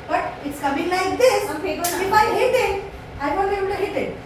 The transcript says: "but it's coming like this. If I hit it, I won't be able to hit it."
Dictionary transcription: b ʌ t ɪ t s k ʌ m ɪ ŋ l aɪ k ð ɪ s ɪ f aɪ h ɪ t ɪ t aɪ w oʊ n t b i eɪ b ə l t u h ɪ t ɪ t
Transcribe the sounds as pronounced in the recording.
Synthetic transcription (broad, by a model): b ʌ t ɪ t s k ʌ m ɪ ŋ l aɪ k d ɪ s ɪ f aɪ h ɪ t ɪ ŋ aɪ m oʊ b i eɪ ə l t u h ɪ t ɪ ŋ